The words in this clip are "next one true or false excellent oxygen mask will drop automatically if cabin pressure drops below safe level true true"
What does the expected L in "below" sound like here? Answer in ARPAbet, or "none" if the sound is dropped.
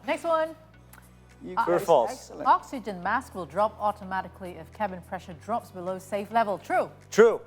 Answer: L